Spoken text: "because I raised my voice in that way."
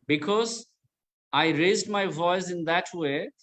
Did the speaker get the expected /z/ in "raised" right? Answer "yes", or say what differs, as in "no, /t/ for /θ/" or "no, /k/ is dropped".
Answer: yes